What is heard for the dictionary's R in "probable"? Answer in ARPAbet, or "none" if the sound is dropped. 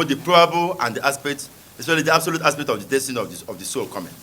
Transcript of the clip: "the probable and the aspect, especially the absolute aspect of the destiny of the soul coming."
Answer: R